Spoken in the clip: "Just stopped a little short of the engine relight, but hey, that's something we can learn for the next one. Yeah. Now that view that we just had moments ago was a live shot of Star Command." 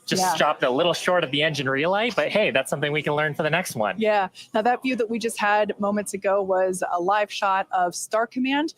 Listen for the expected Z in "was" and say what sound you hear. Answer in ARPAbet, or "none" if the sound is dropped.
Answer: Z